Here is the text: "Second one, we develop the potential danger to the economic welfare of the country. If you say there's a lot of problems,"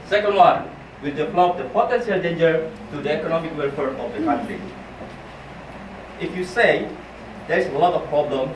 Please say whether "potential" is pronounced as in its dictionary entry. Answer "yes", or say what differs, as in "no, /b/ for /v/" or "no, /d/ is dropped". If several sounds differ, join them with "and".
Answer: no, /s/ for /ʃ/